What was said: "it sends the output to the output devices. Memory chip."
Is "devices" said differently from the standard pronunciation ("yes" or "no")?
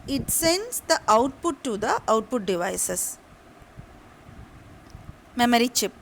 yes